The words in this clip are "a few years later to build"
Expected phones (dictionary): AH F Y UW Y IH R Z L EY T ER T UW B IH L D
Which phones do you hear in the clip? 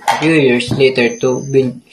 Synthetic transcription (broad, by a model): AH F Y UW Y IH R S L EY T ER T UW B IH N